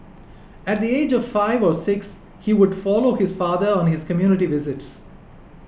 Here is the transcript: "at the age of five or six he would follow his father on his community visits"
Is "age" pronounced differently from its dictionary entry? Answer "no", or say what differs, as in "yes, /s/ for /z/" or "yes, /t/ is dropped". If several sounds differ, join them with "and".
no